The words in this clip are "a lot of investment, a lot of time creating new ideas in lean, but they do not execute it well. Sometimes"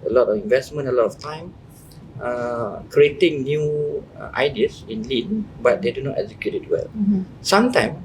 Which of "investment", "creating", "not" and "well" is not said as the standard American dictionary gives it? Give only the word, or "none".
investment